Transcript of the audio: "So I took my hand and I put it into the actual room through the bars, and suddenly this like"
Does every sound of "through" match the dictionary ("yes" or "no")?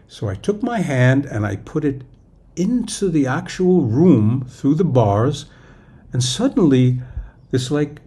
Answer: yes